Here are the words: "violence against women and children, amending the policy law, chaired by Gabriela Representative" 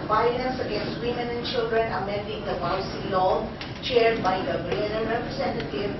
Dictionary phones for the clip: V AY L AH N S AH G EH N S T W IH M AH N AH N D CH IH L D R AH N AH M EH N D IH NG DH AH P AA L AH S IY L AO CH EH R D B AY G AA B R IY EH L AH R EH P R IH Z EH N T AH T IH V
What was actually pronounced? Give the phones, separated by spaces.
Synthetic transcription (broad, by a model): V AY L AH N S AH G EH N S T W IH M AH N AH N CH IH L D R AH N AH M EH N D IH NG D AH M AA AH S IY L AO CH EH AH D B AY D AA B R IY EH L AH R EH P R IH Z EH N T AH T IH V